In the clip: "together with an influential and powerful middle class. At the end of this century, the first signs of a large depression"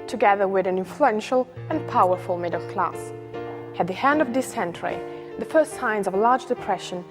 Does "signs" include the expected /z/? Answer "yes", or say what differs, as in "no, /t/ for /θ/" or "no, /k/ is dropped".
yes